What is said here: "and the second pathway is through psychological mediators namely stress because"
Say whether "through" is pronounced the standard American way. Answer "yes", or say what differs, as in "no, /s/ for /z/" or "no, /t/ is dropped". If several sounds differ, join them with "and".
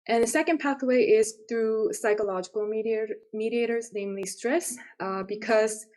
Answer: yes